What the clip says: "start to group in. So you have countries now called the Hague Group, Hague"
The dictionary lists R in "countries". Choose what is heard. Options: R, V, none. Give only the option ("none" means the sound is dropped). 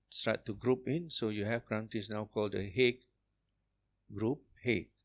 none